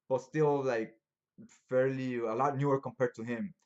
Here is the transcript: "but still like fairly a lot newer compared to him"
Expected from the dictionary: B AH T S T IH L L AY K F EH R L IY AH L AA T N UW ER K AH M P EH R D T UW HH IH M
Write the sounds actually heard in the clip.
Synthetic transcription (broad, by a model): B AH T S T IH L L AY K F EH R L IY AH L AA T N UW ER K AH M P EH R D T UW HH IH M